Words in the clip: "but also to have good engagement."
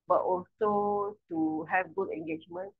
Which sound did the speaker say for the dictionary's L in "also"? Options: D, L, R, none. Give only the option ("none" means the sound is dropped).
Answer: L